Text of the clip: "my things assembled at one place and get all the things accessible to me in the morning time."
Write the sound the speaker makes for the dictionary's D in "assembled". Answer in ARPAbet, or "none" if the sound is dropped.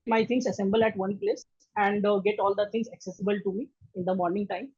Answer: none